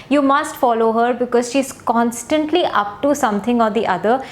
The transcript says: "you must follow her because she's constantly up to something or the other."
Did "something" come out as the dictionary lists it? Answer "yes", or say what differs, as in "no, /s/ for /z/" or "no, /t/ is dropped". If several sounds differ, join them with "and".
no, /t/ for /θ/